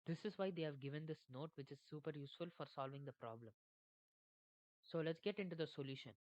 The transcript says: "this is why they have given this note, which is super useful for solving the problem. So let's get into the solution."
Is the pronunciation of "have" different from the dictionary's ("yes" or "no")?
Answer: no